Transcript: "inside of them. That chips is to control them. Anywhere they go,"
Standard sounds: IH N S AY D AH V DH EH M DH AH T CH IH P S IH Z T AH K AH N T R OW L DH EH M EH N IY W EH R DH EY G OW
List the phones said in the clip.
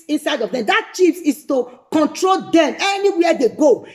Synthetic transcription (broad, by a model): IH N S AY D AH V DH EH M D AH T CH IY F S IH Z T AH K AH N T R OW L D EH M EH N IY W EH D EY G OW